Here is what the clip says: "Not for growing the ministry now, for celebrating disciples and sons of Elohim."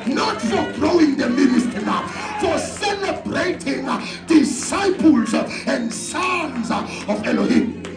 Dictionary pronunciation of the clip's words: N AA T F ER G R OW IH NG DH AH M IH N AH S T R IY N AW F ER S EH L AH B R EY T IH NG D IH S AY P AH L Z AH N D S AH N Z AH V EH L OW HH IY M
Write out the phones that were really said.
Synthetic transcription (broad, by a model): N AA T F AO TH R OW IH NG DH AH M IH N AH S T IY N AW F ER S EH L AH B R EY T IH NG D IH S AY P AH L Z AH N D S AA N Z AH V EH L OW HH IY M